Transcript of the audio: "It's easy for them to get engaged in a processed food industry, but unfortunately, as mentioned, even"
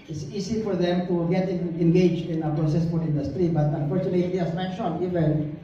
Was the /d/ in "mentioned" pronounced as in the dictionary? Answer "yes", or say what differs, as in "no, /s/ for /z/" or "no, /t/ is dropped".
no, /d/ is dropped